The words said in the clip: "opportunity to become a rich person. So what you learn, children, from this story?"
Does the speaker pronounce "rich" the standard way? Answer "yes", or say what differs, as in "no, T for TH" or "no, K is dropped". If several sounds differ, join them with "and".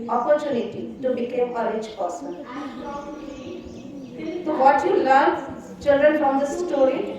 no, L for R